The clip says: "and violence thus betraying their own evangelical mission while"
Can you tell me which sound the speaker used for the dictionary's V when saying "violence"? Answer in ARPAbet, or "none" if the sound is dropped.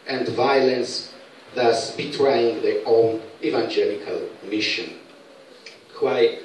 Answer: V